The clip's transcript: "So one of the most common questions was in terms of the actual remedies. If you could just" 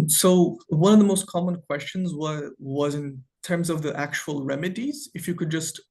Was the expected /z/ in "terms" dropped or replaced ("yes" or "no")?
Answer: no